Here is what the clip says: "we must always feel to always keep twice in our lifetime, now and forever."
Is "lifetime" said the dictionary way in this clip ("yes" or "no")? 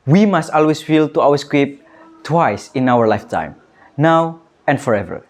yes